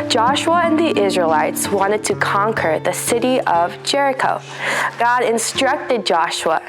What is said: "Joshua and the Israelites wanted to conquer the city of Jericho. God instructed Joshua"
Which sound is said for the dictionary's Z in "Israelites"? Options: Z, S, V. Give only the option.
Z